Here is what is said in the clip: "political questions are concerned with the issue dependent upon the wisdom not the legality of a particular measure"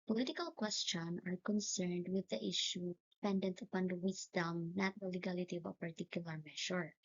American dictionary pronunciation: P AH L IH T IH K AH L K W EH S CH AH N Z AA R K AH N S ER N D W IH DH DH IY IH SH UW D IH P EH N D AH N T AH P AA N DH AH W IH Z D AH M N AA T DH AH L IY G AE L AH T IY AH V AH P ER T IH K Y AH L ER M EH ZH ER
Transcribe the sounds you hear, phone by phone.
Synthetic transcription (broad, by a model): P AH L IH T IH K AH L K W EH S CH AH N AA R K AH N S ER N D W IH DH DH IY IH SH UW D IH P EH N D AH N T AH P AA N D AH W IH S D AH M N AA T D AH L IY G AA L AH T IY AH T P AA T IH K Y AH L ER M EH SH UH